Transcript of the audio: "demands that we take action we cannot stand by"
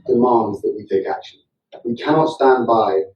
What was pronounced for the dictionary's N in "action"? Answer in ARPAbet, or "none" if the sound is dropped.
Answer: L